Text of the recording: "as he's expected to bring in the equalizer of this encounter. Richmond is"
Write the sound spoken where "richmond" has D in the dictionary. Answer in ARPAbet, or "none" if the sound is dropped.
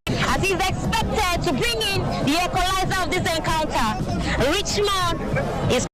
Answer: none